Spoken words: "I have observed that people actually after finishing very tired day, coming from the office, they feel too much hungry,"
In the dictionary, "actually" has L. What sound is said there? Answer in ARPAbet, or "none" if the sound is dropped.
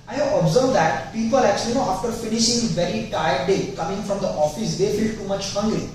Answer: N